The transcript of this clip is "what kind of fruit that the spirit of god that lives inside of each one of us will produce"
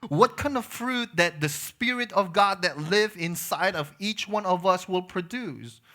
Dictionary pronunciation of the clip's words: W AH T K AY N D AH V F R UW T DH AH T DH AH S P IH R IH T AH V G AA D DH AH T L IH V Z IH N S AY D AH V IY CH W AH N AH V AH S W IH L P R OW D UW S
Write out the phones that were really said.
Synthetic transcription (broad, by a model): W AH T K AY N D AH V F R UW T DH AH T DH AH S P IH R IH T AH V G AA D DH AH T L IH V IH N S AY D AH V IY CH W AH N AH V AH S W IH L P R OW D UW S